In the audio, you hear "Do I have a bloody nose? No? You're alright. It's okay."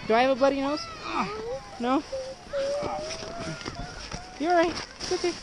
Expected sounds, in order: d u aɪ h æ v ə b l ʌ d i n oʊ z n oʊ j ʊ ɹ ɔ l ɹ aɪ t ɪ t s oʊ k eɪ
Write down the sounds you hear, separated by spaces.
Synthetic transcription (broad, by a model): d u aɪ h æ v ə b l ʌ d i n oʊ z n oʊ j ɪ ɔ ɹ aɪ ɪ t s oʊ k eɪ